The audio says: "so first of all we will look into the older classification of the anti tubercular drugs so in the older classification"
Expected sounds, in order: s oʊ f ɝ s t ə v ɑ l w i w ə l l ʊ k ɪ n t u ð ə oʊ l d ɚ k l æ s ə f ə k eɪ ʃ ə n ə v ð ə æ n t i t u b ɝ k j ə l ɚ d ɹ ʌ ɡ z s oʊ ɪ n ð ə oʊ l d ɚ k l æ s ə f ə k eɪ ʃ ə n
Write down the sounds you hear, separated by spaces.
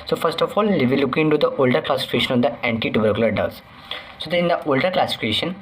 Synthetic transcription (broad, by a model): s oʊ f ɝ s t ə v ɑ l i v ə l l ʊ k ɪ n t u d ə oʊ l d ɚ k l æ s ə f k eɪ ʃ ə n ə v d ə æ n t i t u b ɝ k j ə l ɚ d ʌ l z s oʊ ɪ n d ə oʊ l d ɚ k l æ s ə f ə k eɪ ʃ ə n